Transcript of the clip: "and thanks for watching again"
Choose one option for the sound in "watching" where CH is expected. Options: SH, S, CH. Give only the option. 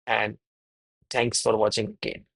CH